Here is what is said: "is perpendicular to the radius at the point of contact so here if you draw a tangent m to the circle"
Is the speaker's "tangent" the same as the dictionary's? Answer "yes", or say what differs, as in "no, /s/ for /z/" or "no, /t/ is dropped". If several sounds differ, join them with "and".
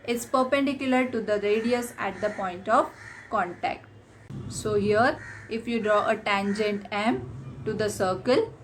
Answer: yes